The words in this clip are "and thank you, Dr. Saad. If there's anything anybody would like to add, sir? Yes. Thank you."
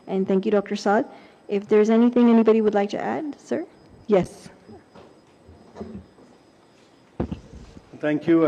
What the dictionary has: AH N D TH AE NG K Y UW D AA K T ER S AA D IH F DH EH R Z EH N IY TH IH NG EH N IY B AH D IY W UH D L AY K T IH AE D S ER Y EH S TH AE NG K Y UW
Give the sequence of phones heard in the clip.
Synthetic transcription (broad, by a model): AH N TH AE NG K Y UW D AA K T ER S AA D IH F DH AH R Z EH N IY TH IH NG EH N IY B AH D IY W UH D L AY K T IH AE D S ER Y EH S TH AE NG K Y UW